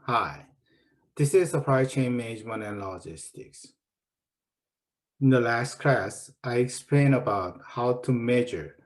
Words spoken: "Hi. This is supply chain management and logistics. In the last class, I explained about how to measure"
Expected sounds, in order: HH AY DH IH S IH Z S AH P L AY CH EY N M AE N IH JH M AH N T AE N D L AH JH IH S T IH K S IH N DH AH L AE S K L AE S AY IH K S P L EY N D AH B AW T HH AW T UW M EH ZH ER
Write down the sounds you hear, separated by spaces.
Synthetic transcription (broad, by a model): HH AY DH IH S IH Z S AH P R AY CH EY N M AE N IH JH M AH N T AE N L AH JH IH S T IH K S IH N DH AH L AE S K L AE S AY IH K S P L EY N AH B AW T HH AW T UW M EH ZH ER